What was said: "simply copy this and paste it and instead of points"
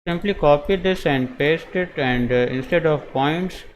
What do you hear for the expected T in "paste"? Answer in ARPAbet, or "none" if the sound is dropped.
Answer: T